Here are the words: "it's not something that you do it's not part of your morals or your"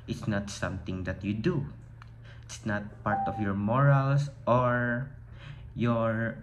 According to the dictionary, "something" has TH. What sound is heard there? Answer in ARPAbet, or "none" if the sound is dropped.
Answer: T